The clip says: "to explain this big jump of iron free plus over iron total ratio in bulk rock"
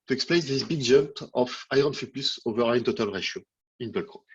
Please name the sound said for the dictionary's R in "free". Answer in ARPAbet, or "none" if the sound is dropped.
none